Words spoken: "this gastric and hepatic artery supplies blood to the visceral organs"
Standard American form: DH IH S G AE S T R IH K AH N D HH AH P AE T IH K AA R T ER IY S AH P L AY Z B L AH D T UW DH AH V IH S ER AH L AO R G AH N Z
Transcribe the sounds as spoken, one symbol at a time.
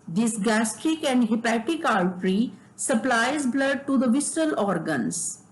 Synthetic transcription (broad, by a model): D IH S G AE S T IH K AH N D HH AH P AE T IH K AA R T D IY S AH P L AY Z B L AH D T UW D AH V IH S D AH L AO R G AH N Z